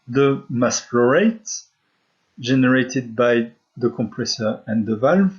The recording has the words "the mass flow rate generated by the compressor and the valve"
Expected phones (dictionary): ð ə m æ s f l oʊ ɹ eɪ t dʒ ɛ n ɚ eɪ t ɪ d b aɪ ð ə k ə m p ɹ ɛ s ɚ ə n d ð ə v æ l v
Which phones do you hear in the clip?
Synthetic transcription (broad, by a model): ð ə m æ s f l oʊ ɹ eɪ t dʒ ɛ n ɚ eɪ t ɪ d b aɪ ð ə k ə m p ɹ ɛ s ɚ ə n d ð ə v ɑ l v